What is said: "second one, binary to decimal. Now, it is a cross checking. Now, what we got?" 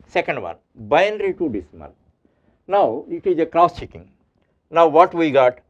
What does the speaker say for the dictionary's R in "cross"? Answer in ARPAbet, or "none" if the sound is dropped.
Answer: R